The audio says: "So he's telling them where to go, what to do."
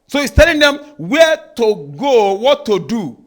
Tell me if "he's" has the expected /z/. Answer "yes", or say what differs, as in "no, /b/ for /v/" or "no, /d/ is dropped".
no, /s/ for /z/